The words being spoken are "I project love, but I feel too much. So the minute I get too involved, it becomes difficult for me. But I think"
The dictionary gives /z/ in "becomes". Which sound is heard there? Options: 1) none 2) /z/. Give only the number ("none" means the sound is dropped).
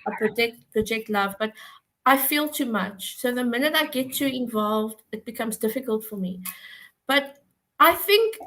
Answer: 2